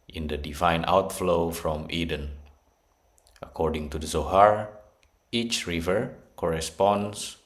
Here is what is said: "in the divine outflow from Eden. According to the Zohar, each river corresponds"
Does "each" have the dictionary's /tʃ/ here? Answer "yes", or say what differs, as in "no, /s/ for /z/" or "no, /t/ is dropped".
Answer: yes